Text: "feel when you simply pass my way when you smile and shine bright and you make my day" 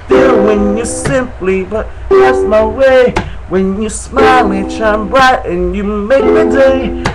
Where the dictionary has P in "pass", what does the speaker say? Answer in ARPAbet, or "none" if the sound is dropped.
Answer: B